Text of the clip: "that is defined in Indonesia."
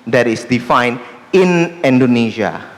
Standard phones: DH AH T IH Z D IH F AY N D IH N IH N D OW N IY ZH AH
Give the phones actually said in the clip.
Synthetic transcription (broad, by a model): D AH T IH S D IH F AY N IH N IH N D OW N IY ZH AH